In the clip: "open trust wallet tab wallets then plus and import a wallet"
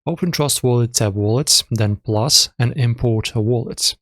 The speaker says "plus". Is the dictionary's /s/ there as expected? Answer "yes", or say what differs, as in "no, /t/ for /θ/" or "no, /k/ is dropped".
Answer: yes